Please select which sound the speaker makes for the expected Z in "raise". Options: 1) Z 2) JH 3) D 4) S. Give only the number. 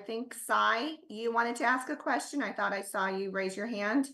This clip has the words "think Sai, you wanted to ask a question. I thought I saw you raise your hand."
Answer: 1